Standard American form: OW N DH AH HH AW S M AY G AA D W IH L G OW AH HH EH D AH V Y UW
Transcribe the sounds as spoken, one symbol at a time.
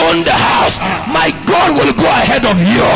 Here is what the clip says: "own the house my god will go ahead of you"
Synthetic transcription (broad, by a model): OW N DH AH HH AW S M AY G AA D W IH L G OW AH HH EH D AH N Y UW